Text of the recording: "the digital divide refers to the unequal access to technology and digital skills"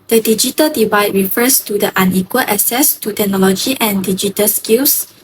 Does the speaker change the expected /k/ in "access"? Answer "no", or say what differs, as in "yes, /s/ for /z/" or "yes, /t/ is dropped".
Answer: yes, /k/ is dropped